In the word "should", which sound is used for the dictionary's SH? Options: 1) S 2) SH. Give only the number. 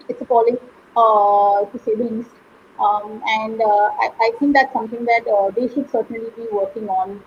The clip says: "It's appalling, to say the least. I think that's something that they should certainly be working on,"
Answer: 2